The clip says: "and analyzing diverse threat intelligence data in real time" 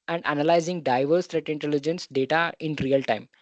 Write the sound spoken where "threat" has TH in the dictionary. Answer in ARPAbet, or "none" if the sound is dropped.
T